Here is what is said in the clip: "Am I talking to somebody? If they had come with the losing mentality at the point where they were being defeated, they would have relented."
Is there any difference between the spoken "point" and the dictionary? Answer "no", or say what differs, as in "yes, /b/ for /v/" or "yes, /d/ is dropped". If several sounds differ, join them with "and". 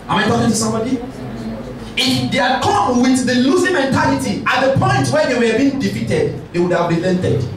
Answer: no